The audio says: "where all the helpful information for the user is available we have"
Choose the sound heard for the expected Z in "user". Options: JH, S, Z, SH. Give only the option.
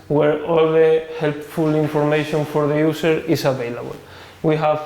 S